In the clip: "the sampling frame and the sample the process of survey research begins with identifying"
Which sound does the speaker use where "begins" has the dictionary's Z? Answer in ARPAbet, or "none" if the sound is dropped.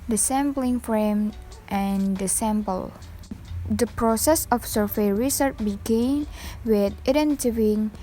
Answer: none